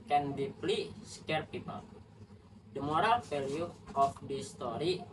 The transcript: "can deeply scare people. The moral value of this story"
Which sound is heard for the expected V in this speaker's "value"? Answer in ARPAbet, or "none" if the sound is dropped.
F